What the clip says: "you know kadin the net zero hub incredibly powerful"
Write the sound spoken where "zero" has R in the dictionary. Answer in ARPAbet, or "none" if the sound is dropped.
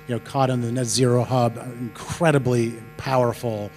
R